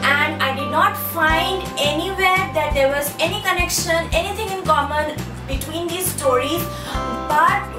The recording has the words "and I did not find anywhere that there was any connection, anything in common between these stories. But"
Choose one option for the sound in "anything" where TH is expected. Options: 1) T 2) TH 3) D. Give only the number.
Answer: 1